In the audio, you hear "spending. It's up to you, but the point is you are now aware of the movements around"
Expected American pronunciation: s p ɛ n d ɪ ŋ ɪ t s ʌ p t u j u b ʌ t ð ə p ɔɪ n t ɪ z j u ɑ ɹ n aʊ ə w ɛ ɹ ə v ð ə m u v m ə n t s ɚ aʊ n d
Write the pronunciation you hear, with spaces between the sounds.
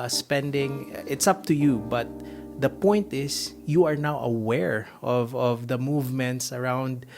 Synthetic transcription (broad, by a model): s p ɛ n d ɪ ŋ ɪ t s ʌ p t u j u b ʌ t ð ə p ɔɪ n t ɪ s j u ɑ ɹ n aʊ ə w ɛ ɹ ə v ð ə m u v m ə n t s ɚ aʊ n d